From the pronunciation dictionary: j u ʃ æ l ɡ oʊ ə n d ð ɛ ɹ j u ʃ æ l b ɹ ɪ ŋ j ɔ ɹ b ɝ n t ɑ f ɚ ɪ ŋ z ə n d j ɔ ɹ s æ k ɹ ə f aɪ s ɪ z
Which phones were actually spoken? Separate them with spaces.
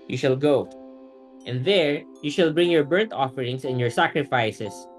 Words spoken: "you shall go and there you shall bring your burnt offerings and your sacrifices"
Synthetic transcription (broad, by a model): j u ʃ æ l ɡ oʊ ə n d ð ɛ ɹ j u ʃ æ l b ɹ ɪ ŋ j ɔ ɹ b ɝ n t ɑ f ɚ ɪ ŋ s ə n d j ɔ ɹ s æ k ɹ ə f aɪ s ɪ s